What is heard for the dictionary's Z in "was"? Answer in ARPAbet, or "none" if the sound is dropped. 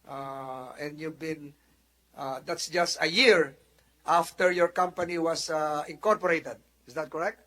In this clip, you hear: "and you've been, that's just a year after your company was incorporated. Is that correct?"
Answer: S